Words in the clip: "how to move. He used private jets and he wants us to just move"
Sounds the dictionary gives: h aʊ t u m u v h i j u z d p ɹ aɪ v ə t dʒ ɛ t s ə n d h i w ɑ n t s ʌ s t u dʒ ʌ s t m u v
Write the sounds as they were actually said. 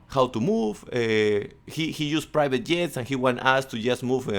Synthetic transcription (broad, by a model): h aʊ t u m u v h i j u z p ɹ aɪ v ə t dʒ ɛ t s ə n h i w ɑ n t ɑ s t u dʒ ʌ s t m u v